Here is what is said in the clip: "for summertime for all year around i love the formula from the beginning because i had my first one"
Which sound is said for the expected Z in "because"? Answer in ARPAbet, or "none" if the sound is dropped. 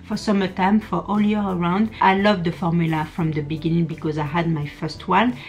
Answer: Z